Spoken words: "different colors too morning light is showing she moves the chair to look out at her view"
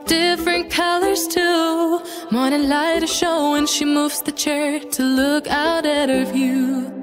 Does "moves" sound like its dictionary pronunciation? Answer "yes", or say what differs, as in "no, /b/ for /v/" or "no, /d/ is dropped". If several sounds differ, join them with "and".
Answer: yes